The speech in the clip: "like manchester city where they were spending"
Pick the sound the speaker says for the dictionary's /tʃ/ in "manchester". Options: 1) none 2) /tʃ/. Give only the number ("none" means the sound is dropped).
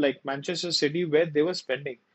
2